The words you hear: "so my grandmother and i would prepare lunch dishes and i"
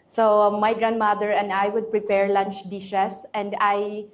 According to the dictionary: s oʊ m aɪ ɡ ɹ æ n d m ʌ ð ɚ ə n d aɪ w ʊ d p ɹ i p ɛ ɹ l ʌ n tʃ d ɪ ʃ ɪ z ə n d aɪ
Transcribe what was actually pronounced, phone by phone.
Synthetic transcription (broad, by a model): s oʊ m aɪ ɡ ɹ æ n d m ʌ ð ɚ ə n d aɪ w ʊ d p ɹ i p ɛ ɹ l ʌ n tʃ d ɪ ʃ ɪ s ə n d aɪ